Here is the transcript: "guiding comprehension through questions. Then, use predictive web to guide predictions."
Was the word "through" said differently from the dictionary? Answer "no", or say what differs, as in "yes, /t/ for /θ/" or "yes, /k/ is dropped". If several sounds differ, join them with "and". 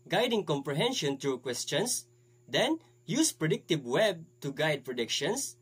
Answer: yes, /t/ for /θ/